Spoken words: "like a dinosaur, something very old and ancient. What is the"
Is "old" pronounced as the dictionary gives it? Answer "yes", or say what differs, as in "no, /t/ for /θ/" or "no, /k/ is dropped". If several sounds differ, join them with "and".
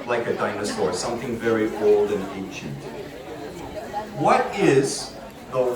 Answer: yes